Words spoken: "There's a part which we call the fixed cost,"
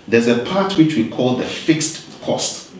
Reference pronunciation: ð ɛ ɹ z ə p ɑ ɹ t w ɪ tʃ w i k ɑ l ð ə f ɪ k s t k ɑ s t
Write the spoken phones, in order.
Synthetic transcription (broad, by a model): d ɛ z ə p ɑ t w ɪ tʃ w i k ɑ l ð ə f ɪ k s t k ɑ s t